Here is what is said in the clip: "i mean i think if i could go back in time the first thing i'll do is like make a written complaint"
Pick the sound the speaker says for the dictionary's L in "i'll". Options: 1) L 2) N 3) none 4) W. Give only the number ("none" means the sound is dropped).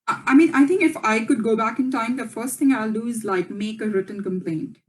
1